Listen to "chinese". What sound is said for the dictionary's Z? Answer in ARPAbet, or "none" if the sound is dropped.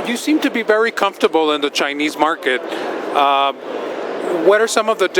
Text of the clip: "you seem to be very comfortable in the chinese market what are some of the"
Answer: Z